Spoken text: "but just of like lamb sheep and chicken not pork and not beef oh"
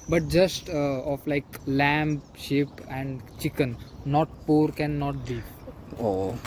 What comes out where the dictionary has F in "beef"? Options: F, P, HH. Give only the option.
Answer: P